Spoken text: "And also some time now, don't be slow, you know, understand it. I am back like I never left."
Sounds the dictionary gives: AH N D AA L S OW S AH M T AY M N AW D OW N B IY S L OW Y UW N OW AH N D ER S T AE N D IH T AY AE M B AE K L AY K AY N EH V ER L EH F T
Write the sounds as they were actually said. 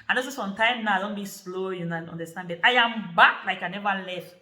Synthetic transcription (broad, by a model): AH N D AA S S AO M T AY M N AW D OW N B IY S L OW Y UW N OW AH N D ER S T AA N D IH T AY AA M B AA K L AY K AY N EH V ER L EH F T